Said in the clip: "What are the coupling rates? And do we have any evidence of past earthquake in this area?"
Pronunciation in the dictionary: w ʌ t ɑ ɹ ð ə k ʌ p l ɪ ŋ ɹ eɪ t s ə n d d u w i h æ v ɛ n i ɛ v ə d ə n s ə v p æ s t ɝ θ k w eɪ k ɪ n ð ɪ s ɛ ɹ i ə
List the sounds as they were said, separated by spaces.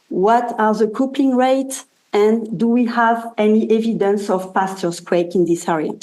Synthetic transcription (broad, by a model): w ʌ t ɑ ɹ ð ə k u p ɪ ŋ ɹ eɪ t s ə n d d u w i h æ v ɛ n i ɛ v ə d ə n s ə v p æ s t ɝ s k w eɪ k ɪ n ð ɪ s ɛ ɹ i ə